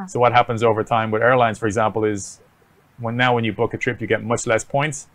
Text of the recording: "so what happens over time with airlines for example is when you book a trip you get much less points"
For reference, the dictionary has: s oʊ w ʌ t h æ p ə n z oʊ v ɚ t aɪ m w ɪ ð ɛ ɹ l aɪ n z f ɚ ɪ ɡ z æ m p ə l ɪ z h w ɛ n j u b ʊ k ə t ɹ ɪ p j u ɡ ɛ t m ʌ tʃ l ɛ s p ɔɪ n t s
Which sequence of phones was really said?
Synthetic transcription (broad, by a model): s oʊ w ʌ t h æ p ə n z oʊ v ɚ t aɪ m w ɪ ð ɛ ɹ l aɪ n z f ɚ ɪ ɡ z æ m p ə l ɪ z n w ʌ n j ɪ b ʊ k ə t ɹ ɪ p j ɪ ɡ ɛ t m ʌ tʃ l ɛ s p ɔɪ n t s